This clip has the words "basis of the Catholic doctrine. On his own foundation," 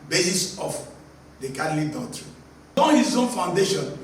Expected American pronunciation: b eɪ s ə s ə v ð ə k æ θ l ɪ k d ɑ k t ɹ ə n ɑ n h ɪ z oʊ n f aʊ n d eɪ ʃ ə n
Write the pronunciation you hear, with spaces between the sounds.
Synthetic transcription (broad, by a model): b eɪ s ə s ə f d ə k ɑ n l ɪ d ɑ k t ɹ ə ɑ n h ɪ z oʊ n f aʊ n d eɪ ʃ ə n